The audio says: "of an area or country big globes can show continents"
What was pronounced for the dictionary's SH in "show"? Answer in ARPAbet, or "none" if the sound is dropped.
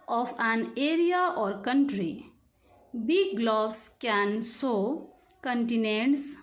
S